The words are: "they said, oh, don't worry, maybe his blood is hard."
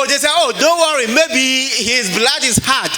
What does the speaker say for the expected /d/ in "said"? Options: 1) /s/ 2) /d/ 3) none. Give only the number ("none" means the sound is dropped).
3